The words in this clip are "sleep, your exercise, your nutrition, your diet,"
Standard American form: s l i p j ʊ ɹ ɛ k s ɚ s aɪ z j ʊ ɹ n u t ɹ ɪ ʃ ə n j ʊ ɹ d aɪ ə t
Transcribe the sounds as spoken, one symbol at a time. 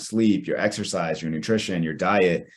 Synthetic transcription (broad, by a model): s l i p j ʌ ɹ ɛ k s ɚ s aɪ z j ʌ ɹ n u t ɹ ɪ ʃ ə n j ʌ ɹ d aɪ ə t